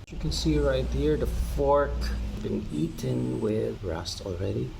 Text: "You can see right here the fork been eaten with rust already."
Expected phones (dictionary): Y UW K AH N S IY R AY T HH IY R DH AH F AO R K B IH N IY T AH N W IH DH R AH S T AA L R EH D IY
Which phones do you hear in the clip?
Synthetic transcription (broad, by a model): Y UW K AH N S IY R AY T HH IY R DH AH F AO R K B IH N IY T AH N W IH DH R AH S T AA L R EH D IY